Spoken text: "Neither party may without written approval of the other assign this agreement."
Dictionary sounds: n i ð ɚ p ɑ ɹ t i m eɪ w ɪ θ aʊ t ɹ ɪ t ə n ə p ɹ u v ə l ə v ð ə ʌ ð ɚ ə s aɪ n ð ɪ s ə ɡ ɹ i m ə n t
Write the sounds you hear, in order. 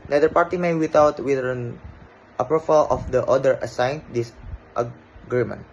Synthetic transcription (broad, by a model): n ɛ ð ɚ p ɑ ɹ t i m eɪ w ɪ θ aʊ t w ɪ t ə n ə p ɹ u f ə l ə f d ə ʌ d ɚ ə s aɪ n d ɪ s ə ɡ ɹ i m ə n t